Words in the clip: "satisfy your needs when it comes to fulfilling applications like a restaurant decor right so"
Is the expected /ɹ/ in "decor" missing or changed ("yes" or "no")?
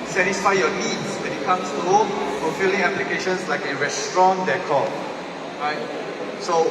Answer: yes